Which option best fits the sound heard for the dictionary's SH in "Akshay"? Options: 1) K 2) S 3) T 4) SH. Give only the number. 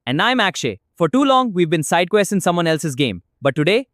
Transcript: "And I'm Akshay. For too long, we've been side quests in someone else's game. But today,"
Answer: 4